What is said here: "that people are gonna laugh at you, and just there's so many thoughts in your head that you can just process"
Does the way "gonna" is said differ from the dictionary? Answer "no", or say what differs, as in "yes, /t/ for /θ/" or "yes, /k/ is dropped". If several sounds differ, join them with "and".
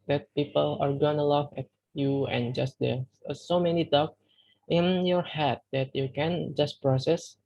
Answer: yes, /n/ is dropped